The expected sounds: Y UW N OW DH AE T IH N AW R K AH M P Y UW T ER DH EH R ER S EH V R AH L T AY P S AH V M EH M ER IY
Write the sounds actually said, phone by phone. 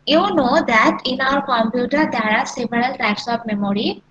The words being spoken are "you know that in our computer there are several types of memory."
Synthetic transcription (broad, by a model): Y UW N OW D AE T IH N AW R K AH M P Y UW T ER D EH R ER S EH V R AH L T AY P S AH P M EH M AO IY